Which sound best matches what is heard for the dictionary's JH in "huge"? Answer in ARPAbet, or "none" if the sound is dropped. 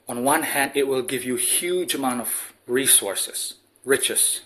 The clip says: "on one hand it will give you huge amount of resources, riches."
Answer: JH